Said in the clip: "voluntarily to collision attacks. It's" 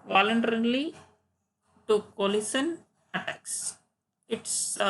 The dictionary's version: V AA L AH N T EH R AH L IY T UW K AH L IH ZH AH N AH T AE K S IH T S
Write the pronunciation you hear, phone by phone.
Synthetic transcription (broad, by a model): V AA L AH N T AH R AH L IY T UW K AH L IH S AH N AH T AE K S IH T S